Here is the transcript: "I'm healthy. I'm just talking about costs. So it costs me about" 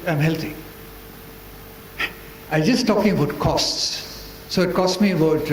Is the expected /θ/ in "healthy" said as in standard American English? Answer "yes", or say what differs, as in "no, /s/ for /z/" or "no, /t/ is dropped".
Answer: no, /t/ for /θ/